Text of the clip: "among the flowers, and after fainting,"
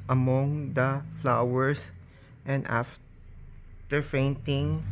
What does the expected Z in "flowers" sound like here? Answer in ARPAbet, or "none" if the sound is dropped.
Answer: S